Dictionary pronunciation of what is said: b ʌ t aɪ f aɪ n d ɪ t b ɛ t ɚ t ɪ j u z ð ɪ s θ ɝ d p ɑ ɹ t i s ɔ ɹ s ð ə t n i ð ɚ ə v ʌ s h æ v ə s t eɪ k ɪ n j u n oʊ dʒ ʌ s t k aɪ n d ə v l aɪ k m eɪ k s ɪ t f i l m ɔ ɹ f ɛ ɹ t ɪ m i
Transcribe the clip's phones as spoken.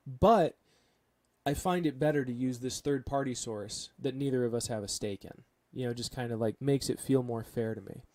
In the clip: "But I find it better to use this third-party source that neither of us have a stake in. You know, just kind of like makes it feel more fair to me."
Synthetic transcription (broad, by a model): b ʌ t aɪ f aɪ n d ɪ t b ɛ t ɚ t ɪ j u z ð ɪ s θ ɝ d p ɑ ɹ t i s ɔ ɹ s ð ə t n i ð ɚ ə v ʌ s h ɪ v ə s t eɪ k ɪ n j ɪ n oʊ dʒ ʌ s k aɪ n d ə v l aɪ k m eɪ k s ɪ t f i l m ɔ ɹ f ɛ ɹ t ɪ m i